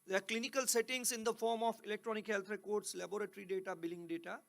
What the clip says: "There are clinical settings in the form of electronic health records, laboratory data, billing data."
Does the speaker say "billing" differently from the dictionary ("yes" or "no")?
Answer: no